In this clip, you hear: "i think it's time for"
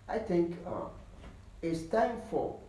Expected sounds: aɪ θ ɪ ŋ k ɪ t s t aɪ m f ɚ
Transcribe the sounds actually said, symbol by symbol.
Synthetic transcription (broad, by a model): aɪ θ ɪ ŋ k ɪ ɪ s t aɪ m f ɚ